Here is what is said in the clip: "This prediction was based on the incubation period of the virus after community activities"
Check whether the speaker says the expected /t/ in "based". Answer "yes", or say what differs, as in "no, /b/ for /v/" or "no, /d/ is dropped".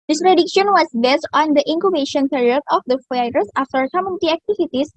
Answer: yes